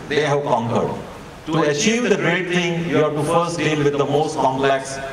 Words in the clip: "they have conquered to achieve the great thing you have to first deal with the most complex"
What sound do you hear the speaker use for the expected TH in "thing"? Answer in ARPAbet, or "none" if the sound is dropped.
T